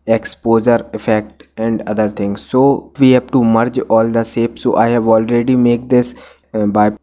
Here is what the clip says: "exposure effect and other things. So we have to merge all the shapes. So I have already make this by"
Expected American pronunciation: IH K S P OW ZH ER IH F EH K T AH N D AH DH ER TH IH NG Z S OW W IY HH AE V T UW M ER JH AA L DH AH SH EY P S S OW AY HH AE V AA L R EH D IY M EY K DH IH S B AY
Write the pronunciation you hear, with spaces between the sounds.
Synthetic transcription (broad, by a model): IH K S P OW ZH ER IH F EH K T AH N D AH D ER T IH NG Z S OW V IY HH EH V T UW M ER JH AA L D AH S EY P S S OW AY HH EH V AA L R EH D IY M EY K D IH S B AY